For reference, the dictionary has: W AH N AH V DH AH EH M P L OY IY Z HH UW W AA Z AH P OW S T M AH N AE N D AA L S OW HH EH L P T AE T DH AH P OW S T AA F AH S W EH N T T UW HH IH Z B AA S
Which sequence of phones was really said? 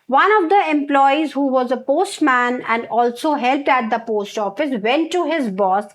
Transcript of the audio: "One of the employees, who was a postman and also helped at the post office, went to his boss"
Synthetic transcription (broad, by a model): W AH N AH V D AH EH M P L OY IY Z HH UW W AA Z AH P OW S T M AH N AE N D AA L S OW HH EH L P T AE T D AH P OW S T AA F AH S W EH N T T UW HH IH Z B AA S